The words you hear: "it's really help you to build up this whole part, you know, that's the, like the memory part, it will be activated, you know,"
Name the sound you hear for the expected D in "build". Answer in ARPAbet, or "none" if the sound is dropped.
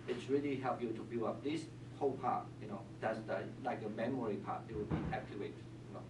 none